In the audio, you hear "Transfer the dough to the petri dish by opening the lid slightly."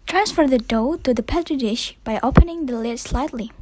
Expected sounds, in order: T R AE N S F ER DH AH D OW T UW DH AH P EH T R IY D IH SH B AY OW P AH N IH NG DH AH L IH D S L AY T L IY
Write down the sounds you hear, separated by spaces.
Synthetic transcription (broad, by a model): T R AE N S F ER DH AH D OW T UW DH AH P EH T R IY D IH SH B AY OW P AH N IH NG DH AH L IH D S L AY T L IY